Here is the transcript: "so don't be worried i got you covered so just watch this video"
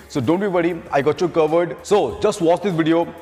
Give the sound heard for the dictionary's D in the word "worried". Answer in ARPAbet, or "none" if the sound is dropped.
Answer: none